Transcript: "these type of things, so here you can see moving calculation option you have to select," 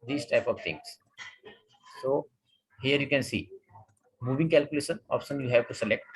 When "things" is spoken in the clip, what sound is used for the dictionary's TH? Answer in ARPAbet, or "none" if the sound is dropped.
T